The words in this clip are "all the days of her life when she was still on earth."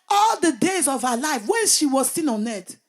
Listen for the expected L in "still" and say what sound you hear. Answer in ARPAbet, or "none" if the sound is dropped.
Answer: N